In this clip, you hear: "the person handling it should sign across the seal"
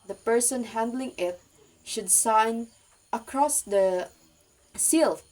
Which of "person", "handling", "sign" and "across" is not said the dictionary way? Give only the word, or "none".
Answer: none